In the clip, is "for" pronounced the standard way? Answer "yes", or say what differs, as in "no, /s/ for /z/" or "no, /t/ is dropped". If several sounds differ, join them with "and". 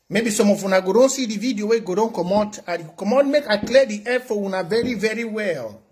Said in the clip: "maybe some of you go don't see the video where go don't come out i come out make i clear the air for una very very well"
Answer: no, /w/ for /ɹ/